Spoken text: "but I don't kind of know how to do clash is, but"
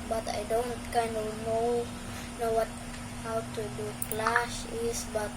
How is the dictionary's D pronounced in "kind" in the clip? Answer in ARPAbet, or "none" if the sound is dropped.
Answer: D